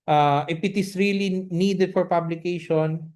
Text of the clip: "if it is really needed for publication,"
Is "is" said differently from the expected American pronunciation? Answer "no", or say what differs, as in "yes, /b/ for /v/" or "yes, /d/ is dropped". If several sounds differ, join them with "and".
yes, /s/ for /z/